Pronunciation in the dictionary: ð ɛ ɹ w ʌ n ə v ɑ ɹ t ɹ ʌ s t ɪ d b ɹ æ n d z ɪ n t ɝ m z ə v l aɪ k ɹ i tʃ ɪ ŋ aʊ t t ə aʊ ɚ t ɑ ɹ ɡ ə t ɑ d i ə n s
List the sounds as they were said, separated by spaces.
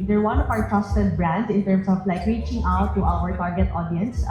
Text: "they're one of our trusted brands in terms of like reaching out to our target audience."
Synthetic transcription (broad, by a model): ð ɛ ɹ w ʌ n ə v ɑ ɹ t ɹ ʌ s t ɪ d b ɹ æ n d ɪ n t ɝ m s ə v l aɪ k ɹ i tʃ ɪ ŋ aʊ t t aʊ ɚ t ɑ ɹ ɡ ə t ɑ d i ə n s